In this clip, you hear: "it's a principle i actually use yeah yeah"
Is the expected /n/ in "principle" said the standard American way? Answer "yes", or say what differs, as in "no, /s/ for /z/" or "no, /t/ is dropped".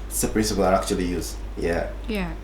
no, /n/ is dropped